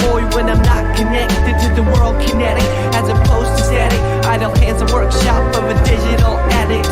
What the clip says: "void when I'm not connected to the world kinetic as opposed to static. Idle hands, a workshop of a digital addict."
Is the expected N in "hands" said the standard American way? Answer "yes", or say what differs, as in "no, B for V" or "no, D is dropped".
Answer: no, N is dropped